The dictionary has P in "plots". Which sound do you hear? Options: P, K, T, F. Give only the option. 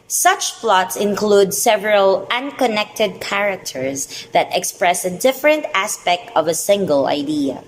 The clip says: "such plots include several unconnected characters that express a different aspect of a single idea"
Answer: F